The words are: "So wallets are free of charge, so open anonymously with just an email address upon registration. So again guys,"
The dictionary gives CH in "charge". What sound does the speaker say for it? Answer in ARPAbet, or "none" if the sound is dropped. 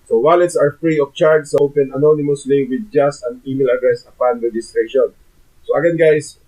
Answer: CH